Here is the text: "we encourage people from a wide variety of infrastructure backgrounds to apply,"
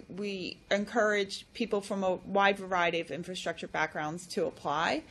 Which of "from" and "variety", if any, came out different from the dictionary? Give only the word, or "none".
none